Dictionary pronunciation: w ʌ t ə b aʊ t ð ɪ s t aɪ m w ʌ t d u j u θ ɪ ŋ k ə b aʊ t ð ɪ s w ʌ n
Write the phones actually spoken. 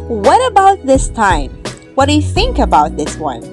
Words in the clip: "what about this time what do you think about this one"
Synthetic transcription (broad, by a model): w ʌ t ə b aʊ t ð ɪ s t aɪ m w ʌ t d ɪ j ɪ θ ɪ ŋ k ə b aʊ t ð ɪ s w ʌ n